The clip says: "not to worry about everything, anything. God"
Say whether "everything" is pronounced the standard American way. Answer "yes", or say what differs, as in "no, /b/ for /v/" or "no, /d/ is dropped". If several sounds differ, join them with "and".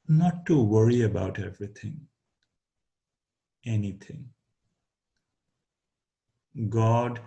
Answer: no, /t/ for /θ/